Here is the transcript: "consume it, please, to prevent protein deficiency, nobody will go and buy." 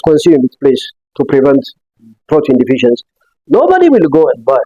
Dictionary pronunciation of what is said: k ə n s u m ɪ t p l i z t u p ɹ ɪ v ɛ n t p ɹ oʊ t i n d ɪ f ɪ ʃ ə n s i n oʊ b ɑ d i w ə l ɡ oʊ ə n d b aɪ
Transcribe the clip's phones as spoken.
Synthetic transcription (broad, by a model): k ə n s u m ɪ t p l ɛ s t u p ɹ ɪ v ɛ n t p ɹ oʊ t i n d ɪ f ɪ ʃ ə n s n oʊ b ɑ d i w ə l ɡ oʊ ə n d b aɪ